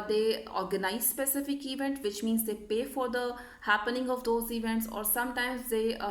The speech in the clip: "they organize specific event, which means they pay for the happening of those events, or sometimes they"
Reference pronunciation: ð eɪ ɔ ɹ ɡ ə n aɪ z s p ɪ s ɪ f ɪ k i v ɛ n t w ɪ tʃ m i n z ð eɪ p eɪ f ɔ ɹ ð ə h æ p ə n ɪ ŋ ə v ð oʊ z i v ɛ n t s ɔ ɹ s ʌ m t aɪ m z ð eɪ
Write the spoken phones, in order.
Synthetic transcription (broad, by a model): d eɪ ɔ ɹ ɡ ə n aɪ z s p ɪ s ɪ f ɪ k i v ɛ n t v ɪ tʃ m i n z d eɪ p eɪ f ɔ ɹ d ə h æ p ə n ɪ ŋ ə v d oʊ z i v ɛ n t s ɔ ɹ s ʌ m t aɪ m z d eɪ